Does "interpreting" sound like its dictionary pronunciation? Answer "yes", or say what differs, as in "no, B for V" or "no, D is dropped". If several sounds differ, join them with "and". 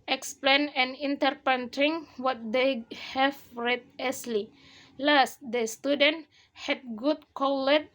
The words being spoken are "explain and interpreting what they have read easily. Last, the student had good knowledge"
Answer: no, R is dropped